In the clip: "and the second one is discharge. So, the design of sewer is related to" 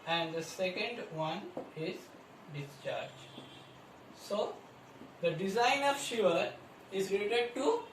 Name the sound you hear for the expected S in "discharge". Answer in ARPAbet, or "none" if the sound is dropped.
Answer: S